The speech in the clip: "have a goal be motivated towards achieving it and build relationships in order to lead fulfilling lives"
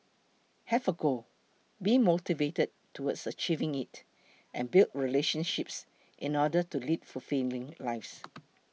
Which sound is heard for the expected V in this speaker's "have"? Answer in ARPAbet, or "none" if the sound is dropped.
F